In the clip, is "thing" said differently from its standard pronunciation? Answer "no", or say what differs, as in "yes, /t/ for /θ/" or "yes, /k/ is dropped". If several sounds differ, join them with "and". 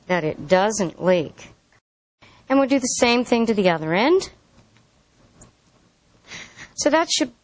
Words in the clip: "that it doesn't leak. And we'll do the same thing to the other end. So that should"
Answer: no